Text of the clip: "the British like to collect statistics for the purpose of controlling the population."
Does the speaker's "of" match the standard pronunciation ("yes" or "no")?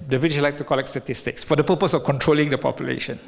no